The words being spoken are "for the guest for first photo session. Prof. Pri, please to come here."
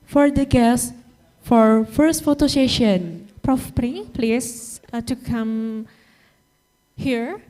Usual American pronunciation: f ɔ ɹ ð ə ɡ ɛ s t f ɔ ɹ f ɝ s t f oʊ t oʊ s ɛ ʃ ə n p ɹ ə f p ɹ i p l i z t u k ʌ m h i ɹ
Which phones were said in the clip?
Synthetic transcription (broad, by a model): f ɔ ɹ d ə ɡ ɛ s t f ɔ ɹ f ɝ s t f oʊ t oʊ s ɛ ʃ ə n p ɹ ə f p ɹ i p l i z t u k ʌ m h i ɹ